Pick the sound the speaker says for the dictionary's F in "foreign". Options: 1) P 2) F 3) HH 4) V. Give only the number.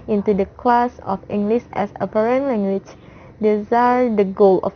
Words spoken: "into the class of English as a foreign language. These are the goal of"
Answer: 1